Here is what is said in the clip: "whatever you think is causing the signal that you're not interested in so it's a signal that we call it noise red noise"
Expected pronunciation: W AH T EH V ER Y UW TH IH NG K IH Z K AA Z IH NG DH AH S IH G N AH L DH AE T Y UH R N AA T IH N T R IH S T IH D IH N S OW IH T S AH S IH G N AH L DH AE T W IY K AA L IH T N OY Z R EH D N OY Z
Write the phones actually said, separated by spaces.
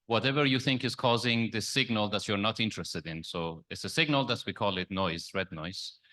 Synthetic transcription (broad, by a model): W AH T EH V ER Y UW TH IH NG K IH Z K AA Z IH NG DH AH S IH G N AH L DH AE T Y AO R N AA T IH N T R IH S T IH D IH N S OW IH T S AH S IH G N AH L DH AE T W IY K AA L IH T N OY Z R EH D N OY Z